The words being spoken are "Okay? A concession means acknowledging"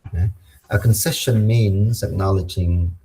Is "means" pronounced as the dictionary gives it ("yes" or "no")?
yes